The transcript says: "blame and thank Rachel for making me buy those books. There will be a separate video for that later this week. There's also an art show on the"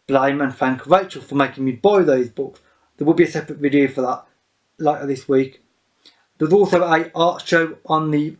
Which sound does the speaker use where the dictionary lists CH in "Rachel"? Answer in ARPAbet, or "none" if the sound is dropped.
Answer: CH